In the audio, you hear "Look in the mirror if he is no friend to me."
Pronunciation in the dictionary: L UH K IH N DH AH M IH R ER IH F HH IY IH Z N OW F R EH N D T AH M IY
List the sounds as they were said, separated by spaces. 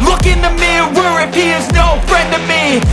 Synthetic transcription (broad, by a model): L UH K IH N DH AH M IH W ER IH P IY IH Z N OW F R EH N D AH M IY